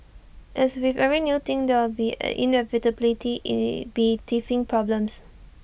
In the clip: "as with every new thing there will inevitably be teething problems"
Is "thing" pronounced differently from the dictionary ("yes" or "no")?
yes